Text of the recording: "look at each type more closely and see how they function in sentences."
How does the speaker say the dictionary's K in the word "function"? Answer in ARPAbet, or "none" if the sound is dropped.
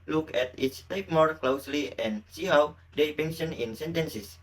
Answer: none